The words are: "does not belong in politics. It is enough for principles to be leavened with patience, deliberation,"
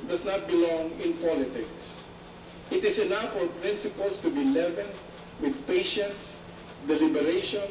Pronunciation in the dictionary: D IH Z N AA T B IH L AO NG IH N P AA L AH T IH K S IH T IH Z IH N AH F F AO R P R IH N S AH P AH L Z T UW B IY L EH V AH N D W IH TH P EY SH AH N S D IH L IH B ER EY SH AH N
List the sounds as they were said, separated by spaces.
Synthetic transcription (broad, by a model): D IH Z N AA T B IH L AO NG IH N P AA L AH T IH K S IH T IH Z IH N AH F F AO R P R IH N S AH P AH L S T UW B IY L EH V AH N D W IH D P EY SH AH N S D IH L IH B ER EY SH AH N